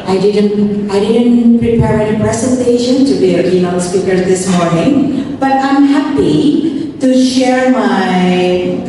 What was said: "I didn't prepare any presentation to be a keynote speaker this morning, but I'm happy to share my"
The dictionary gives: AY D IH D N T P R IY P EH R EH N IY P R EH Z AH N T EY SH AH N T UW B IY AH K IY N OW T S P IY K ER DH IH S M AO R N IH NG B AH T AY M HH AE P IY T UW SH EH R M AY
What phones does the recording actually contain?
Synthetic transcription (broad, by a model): AY D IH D N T P R IY P EH R EH N IY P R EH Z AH N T EY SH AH N T UW B IY AH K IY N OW S P IY K ER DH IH S M AO R N IH NG B AH T AY M HH AE P IY T UW SH EH R M AY